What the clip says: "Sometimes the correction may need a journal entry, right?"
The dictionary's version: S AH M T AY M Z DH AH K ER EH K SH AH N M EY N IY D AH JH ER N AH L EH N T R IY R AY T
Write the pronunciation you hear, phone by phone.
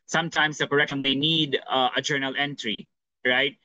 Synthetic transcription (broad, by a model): S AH M T AY M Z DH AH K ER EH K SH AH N M EY N IY D AH JH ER N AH L EH N T R IY R AY T